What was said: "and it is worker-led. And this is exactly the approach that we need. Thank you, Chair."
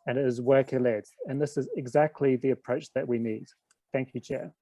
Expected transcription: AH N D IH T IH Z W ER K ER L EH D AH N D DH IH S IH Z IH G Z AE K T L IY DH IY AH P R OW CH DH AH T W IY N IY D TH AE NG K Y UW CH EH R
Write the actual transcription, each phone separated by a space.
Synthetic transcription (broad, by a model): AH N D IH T IH Z W ER K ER L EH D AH N DH IH S IH Z IH G Z AE K T L IY DH IY AH P R OW CH DH AH T W IY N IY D TH AE NG K Y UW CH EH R